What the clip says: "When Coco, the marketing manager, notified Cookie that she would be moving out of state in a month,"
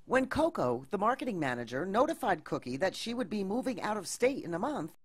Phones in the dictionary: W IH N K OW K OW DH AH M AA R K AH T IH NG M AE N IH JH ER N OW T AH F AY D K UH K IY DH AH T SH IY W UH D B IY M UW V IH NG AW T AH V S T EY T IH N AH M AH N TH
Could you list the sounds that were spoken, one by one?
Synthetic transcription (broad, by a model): W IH N K OW K OW DH AH M AA R K AH T IH NG M AE N IH JH ER N OW T AH F AY D K UH K IY DH AH T SH IY W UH D B IY M UW V IH NG AW T AH V S T EY T IH N AH M AH N TH